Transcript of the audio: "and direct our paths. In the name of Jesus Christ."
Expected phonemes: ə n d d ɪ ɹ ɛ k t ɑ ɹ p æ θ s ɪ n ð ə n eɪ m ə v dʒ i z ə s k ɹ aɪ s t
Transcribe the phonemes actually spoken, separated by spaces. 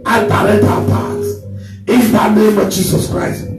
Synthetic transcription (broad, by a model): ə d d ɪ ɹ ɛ t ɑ w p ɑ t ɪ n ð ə n eɪ m ə v dʒ i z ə s k ɹ aɪ s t